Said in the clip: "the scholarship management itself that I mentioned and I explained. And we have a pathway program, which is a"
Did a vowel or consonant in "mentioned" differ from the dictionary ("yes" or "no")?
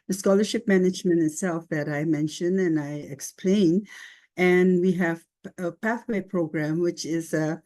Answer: yes